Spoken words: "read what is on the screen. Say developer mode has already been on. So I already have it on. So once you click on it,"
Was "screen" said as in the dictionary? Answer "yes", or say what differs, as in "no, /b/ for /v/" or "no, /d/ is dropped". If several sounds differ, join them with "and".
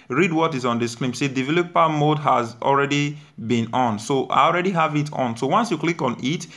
no, /l/ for /ɹ/